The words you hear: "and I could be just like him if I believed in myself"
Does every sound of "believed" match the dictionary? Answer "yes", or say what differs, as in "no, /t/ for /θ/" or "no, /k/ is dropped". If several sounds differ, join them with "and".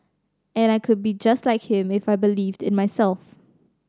yes